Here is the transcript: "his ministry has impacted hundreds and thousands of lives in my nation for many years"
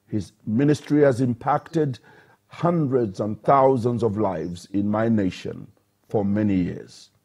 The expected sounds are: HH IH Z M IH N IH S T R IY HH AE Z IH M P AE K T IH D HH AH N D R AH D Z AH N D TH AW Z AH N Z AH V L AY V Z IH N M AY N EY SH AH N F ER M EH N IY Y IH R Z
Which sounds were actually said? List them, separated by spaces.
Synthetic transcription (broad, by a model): HH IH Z M IH N IH S T R IY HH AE Z IH M P AE K T IH D HH AH N D R AH D Z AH N TH AW Z AH N Z AH V L AY V Z IH N M AY N EY SH AH N F ER M EH N IY Y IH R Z